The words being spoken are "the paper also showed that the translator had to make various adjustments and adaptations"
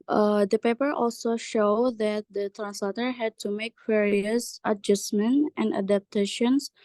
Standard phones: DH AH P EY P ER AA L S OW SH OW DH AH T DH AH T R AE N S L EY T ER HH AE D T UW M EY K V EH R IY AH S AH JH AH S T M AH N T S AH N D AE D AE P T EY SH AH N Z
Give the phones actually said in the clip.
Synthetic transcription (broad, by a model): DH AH P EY P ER AA L S OW SH OW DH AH T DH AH T R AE N S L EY T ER HH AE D T UW M EY K V EH R IY AH S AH JH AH S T M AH N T AH N D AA D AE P T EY SH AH N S